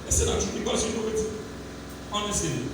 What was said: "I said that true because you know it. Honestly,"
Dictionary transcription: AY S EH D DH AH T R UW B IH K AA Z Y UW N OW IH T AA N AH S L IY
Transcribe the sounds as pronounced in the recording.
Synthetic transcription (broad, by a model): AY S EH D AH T UW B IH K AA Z Y UW N OW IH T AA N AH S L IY